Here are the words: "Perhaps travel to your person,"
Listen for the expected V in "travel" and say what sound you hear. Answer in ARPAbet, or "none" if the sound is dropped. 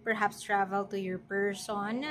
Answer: V